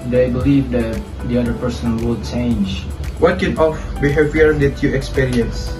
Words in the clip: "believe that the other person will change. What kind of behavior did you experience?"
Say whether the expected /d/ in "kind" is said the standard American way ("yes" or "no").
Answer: no